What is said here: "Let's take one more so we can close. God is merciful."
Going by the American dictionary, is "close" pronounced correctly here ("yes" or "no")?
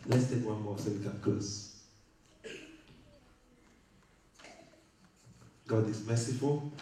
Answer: no